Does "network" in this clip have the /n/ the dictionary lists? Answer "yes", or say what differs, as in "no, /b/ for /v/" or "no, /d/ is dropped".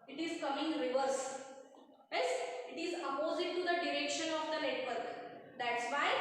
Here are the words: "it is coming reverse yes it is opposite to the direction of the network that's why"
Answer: no, /l/ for /n/